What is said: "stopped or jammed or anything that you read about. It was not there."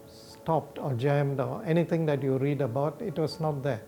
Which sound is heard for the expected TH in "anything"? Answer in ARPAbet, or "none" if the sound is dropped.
T